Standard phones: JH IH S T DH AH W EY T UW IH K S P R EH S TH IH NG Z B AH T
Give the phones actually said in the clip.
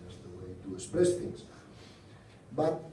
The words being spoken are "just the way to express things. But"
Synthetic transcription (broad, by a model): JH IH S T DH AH W EY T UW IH S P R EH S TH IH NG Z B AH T